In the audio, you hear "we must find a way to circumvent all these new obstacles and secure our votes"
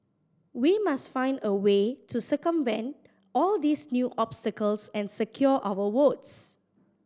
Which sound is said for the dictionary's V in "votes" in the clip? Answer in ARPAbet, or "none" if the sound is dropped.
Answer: W